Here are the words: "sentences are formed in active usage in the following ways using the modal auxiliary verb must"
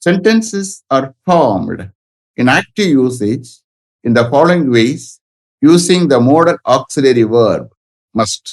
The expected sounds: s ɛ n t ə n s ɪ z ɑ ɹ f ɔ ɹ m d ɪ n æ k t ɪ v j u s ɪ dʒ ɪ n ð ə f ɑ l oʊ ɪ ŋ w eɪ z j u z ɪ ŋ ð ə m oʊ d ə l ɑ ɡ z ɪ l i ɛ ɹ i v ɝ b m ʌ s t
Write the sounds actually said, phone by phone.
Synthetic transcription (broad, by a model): s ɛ n t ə n s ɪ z ɑ ɹ f ɔ ɹ m d ɪ n æ k t ɪ v j u s ɪ dʒ ɪ n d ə f ɑ l oʊ ɪ ŋ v eɪ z j u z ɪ ŋ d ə m oʊ d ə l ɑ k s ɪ l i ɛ ɹ i v ɝ b m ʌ s t